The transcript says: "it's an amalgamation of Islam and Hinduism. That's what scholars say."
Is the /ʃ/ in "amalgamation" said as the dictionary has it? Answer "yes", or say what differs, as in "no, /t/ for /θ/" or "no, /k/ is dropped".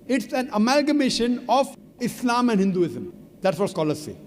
yes